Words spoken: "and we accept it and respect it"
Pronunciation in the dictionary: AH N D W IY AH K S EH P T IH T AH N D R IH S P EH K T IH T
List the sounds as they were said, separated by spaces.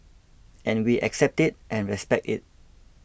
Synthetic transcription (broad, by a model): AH N W IY AH K S EH P T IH T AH N R IH S P EH K T IH T